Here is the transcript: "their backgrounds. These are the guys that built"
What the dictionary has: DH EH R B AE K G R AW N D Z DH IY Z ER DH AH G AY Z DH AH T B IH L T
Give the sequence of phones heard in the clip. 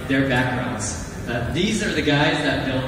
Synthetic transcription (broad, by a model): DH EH R B AE K G R AW N D Z DH IY Z ER DH AH G AY Z DH AH T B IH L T